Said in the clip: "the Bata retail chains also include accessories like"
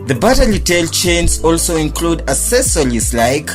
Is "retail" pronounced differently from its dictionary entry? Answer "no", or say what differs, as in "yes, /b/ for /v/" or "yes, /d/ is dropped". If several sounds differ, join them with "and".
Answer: yes, /l/ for /ɹ/